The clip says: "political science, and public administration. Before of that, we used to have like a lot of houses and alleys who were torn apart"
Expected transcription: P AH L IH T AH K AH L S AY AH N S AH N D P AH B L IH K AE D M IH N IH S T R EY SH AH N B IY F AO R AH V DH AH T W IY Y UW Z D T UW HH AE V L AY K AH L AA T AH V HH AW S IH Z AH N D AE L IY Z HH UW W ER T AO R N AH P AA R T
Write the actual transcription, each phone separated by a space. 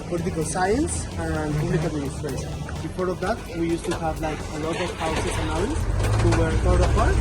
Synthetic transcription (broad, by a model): P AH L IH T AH K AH L S AY AH N S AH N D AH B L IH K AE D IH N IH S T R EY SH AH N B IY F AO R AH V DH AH T W IY Y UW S T UW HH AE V L AY K AH L AA T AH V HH AW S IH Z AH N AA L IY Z HH UW W ER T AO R AH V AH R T